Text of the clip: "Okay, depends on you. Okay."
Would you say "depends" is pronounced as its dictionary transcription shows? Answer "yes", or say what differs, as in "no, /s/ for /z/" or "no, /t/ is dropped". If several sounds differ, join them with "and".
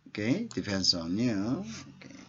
no, /f/ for /p/